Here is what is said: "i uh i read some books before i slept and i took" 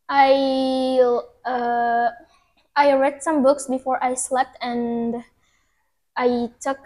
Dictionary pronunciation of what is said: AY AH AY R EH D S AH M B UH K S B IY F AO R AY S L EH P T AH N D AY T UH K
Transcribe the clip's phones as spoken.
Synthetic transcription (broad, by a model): AY AH AY R EH D S AH M B UH K S B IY F AO R AY S L EH P T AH N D AY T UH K